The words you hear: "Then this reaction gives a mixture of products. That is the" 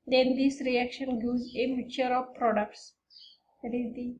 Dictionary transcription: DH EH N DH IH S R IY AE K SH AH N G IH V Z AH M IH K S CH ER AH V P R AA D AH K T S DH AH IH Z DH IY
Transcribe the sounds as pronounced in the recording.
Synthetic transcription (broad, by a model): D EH N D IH S R IY AE K SH AH N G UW Z AH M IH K CH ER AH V P R AA D AH K T S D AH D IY